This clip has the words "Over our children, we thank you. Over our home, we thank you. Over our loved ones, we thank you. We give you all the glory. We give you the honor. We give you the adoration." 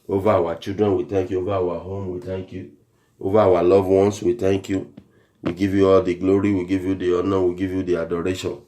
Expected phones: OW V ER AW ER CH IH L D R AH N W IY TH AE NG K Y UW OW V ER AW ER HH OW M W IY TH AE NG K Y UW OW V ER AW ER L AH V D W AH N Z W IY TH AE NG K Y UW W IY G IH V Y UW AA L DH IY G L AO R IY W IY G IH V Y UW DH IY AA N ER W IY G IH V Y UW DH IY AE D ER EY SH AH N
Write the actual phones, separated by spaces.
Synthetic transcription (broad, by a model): OW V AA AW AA CH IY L D R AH N W IY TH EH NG K Y UW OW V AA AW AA HH OW M W IY T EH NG K Y UW OW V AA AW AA L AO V W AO N S W IY T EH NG K Y UW W IY G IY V Y UW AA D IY G L AO R IY W IY G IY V Y UW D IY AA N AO W IY G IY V Y UW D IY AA D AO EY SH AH N